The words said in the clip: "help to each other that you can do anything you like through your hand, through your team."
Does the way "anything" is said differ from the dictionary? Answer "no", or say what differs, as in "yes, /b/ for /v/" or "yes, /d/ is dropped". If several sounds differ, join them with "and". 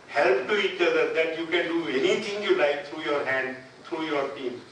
yes, /t/ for /θ/